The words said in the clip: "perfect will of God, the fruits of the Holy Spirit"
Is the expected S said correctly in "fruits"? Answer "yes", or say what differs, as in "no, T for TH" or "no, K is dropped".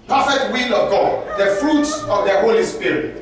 yes